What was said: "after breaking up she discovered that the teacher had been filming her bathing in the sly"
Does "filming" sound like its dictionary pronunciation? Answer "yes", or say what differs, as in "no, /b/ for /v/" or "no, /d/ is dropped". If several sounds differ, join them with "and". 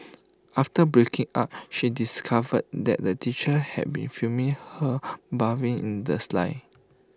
no, /l/ is dropped